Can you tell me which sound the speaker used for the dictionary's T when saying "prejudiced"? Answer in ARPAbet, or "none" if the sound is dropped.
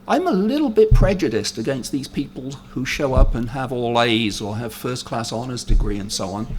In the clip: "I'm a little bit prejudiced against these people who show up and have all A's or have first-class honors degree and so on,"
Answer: T